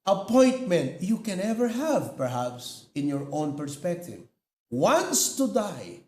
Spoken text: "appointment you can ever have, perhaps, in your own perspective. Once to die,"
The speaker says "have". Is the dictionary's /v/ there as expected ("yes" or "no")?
yes